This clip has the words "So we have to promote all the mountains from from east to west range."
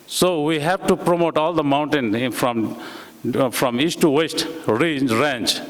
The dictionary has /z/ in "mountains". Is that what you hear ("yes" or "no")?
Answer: no